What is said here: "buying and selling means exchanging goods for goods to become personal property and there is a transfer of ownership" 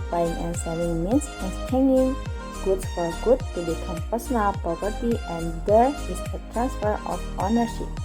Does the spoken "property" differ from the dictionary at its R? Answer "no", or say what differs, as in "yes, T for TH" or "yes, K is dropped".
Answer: yes, R is dropped